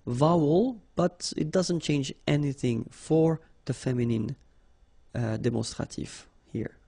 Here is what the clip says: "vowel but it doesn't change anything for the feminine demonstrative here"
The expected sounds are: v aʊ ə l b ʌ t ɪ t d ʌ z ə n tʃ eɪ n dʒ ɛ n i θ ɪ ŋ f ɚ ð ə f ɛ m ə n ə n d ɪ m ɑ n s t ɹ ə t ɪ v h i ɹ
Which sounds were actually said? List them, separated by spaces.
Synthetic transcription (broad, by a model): v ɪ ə l b ʌ t ɪ t d ʌ z ə n tʃ eɪ n dʒ ɛ n i θ ɪ ŋ f ɚ ð ə f ɛ m ə n ə n d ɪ m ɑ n s t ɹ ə t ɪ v h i ɹ